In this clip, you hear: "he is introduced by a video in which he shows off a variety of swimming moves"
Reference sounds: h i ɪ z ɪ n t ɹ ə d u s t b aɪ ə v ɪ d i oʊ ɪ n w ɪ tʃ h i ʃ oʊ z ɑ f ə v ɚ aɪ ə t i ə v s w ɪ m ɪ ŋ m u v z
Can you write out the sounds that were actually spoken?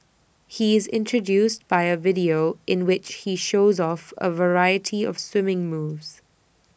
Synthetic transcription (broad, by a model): h i ɪ z ɪ n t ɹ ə d u s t b aɪ ə v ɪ d i oʊ ɪ n w ɪ tʃ h i ʃ oʊ z ɑ f ə v ɚ aɪ ə t i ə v s w ɪ m ɪ ŋ m u v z